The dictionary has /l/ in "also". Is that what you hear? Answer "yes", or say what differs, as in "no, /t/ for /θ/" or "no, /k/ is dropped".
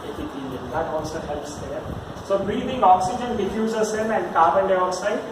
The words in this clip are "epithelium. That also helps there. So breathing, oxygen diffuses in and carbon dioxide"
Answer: no, /n/ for /l/